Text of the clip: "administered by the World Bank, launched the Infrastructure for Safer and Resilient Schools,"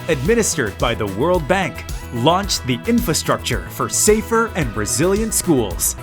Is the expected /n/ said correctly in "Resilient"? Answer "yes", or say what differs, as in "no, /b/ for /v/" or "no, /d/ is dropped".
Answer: yes